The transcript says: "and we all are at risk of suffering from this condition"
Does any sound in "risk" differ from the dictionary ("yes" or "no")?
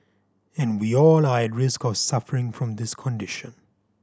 no